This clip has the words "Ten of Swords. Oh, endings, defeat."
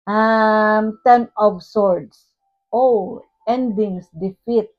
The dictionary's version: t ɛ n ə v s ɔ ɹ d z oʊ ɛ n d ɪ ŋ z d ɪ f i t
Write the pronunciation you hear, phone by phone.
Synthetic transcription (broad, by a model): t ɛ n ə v s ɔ ɹ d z oʊ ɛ n d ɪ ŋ s d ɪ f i t